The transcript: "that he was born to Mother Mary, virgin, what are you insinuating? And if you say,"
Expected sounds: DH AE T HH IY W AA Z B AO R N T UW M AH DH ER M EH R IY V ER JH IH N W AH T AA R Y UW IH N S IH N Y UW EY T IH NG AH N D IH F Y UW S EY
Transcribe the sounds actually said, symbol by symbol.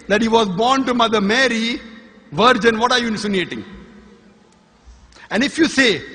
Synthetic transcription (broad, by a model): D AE T HH IY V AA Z B AO R N T UW M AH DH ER M EH R IY V ER JH IH N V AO T AA R Y UW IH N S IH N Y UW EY T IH NG AH N D IH F Y UW S EY